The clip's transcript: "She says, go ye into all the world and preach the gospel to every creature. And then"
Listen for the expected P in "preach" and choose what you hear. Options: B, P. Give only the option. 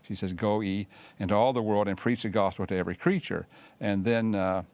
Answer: P